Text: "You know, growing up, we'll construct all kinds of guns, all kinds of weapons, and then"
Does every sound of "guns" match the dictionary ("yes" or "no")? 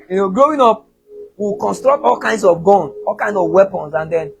no